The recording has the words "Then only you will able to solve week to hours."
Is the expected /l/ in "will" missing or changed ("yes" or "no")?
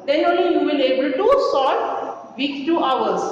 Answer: yes